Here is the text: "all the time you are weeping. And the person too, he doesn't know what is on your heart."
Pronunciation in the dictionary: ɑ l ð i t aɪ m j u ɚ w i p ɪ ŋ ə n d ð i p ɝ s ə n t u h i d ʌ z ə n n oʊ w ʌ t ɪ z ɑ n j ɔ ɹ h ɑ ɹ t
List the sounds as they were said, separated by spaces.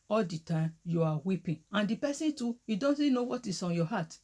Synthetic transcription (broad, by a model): ɑ l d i t aɪ m j u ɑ w i p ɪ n ə n d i p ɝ s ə n t u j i d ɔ s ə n n oʊ w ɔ t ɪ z ɑ n j ɔ h ɑ t